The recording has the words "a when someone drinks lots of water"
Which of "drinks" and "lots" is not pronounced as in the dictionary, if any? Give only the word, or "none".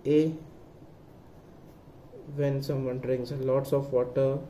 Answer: drinks